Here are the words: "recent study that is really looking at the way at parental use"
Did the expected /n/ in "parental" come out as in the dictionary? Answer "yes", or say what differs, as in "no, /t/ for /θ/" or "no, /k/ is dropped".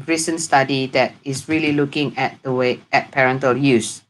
yes